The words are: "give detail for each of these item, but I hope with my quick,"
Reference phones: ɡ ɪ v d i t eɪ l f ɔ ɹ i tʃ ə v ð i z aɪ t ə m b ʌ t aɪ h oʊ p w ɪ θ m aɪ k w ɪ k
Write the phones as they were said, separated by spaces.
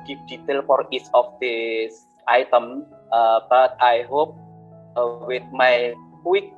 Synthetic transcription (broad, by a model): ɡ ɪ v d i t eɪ l f ɔ ɹ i s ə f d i s aɪ t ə m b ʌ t aɪ h oʊ p w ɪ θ m aɪ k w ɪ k